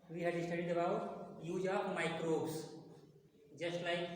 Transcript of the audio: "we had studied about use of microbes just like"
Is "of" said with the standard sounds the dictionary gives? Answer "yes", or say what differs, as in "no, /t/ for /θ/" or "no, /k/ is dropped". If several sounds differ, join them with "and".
no, /p/ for /v/